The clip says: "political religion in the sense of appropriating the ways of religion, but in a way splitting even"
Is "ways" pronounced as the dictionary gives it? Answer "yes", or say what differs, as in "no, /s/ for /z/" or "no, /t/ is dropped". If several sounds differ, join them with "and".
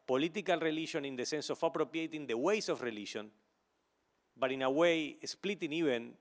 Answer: no, /s/ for /z/